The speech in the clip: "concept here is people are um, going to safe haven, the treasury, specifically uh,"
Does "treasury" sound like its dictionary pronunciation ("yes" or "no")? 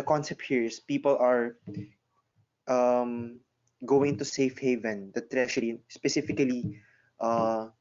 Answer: no